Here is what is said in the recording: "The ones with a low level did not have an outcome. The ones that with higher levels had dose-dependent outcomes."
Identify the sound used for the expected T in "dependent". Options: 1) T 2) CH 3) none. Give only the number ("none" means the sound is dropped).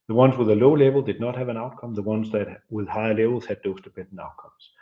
3